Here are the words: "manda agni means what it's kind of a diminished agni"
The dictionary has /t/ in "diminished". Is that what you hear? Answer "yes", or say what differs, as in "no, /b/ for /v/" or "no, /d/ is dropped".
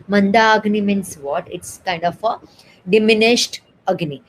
yes